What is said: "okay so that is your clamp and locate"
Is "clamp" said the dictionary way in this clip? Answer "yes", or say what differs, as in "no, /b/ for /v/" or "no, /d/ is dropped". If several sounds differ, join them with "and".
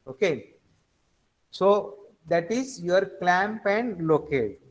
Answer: yes